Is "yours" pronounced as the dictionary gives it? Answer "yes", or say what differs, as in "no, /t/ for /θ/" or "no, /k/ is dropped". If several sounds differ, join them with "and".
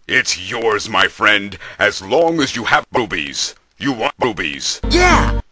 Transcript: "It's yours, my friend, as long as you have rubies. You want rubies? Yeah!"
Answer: yes